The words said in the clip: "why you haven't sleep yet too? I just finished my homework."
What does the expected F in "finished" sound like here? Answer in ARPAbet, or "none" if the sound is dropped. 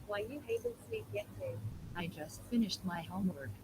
F